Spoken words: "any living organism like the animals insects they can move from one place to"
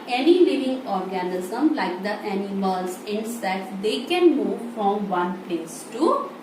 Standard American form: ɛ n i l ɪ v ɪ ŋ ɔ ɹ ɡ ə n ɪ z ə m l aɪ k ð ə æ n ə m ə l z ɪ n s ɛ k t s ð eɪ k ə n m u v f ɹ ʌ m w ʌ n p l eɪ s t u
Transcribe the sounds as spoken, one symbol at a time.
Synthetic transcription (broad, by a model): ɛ n i l ɪ v ɪ ŋ ɔ ɹ ɡ ə n ɪ z ə m l aɪ k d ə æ n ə m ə l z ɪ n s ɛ t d eɪ k ə n m u v f ɹ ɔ m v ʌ n p l eɪ s t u